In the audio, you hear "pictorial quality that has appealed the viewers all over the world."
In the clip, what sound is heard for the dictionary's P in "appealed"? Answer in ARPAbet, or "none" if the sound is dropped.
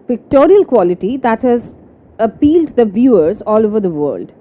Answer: P